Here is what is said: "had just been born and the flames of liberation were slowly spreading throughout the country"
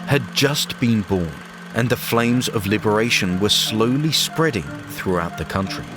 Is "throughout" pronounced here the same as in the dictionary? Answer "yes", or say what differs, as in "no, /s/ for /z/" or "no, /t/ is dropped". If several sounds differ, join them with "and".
yes